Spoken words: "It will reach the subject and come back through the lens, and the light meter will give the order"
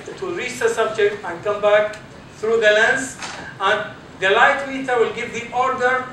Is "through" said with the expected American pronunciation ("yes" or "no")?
no